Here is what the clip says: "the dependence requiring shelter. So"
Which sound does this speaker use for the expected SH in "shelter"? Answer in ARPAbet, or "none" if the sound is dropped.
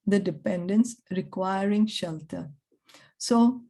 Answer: SH